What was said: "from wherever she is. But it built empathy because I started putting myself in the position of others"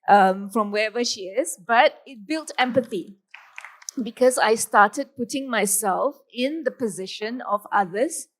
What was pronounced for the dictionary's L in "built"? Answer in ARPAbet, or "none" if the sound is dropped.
L